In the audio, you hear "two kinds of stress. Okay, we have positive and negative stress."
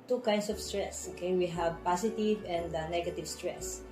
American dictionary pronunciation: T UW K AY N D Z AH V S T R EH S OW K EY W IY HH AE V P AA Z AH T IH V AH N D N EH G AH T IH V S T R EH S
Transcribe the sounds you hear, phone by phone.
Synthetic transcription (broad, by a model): T UW K AY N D S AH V S T R EH S OW K EY W IY HH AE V P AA S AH T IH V AH N D N EH G AH T IH V S T R EH S